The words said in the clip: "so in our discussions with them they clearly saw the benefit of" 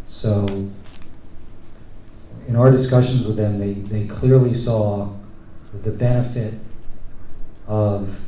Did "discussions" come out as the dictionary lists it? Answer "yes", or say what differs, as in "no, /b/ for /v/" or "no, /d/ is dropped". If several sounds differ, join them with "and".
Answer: yes